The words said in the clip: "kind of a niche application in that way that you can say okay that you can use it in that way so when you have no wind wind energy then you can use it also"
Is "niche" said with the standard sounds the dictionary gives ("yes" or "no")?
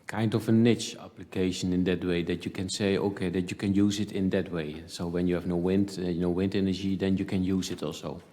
yes